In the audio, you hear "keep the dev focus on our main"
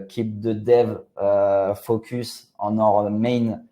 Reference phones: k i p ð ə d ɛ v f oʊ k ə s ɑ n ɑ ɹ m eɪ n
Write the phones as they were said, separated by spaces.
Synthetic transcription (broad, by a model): k i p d ə d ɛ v f oʊ k ə s ɑ n ɑ ɹ m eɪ n